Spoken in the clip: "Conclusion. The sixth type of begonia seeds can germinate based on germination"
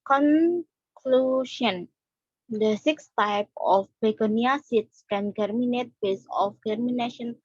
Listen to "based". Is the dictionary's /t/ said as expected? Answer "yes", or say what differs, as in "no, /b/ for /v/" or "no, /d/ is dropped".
no, /t/ is dropped